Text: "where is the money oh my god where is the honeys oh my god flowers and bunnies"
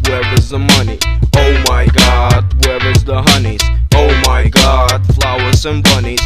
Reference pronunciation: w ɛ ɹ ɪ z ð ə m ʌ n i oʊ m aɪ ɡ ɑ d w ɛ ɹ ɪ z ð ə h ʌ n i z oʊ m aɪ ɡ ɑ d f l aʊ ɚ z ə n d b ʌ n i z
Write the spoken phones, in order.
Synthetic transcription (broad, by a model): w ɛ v ɪ z ð ə m ʌ n i oʊ m aɪ ɡ ɑ d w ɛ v ɪ z ð ə h ʌ n i z oʊ m aɪ ɡ ɑ d f l aʊ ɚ s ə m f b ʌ n i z